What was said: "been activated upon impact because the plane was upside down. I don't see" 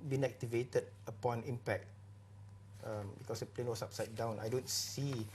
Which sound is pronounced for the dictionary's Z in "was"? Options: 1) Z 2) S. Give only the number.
2